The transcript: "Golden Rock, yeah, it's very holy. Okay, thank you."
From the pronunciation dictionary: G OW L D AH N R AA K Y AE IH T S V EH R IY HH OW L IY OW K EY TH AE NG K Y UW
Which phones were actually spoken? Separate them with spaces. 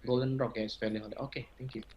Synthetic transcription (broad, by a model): G OW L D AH N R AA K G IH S F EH L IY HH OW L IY OW K EY T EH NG K Y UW